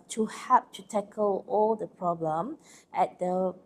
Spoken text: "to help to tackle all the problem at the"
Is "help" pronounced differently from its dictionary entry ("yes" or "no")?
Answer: yes